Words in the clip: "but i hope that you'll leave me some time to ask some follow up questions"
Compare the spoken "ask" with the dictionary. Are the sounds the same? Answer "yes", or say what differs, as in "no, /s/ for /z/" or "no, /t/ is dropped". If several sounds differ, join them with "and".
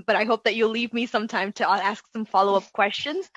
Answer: yes